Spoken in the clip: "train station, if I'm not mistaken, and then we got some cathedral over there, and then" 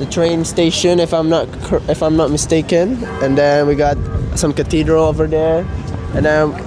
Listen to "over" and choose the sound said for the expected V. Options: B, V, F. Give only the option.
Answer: V